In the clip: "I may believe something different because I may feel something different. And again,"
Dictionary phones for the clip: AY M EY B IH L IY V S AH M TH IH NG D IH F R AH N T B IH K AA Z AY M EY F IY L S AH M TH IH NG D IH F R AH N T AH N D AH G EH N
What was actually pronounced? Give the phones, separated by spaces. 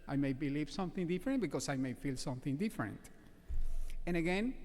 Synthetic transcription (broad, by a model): AY M EY B IH L IY V S AH M TH IH NG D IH F R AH N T B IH K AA S AY M EY F IY L S AH M TH IH NG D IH F R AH N T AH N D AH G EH N